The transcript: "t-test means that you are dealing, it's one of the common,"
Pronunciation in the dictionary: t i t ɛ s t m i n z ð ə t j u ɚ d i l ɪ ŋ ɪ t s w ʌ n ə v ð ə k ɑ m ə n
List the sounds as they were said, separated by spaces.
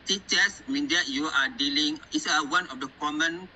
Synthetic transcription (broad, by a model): t i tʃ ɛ s m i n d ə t j u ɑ d i l ɪ ŋ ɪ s w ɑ n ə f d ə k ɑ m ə n